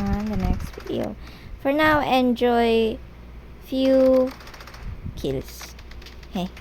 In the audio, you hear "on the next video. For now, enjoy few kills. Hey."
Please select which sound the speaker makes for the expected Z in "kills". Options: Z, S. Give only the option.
S